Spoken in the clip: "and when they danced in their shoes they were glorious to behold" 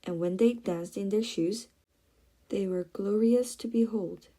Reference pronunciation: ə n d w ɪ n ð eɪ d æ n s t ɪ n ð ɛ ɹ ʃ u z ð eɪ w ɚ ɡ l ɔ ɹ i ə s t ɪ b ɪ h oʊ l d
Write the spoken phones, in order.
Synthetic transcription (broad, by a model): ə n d w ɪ n ð eɪ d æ n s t ɪ n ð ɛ ɹ ʃ u z ð eɪ w ɚ ɡ l ɔ ɹ i ə s t ɪ b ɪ h oʊ l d